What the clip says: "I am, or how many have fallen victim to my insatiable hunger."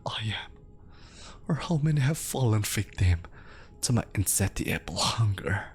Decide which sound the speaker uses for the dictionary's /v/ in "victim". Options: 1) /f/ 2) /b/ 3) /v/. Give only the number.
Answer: 1